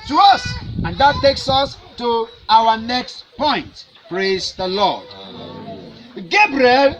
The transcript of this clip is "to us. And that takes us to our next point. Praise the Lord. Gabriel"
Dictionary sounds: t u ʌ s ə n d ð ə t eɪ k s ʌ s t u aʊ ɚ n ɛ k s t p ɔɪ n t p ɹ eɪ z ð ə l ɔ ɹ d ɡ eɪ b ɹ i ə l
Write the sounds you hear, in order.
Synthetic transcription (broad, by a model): t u ʌ s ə n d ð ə t eɪ k s ʌ s t u aʊ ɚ n ɛ k s t p ɔɪ n t p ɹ eɪ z ð ə l ɔ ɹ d ɡ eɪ b ɹ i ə l